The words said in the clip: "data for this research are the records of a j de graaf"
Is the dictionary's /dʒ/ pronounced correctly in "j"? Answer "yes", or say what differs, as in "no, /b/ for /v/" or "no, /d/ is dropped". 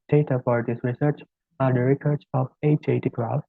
no, /tʃ/ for /dʒ/